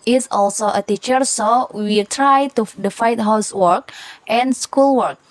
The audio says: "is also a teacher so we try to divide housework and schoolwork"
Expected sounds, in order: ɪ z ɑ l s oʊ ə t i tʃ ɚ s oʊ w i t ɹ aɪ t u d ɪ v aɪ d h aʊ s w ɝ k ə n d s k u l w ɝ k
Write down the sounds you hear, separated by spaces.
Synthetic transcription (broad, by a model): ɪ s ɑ l s oʊ ə t i tʃ ɚ s oʊ w i t ɹ aɪ t u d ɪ f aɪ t h aʊ s w ɝ k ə n s k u l w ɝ k